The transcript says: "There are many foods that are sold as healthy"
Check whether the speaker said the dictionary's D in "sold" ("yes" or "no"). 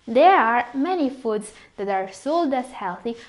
yes